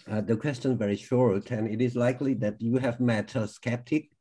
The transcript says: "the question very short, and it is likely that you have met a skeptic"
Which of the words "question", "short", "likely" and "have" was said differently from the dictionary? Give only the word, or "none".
none